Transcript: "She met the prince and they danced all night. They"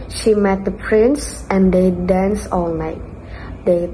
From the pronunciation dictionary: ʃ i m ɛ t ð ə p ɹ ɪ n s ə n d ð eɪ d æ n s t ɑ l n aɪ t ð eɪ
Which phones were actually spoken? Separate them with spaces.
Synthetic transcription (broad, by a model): ʃ i m ɛ t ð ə p ɹ ɪ n s ə n d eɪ d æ n s ɑ l n aɪ t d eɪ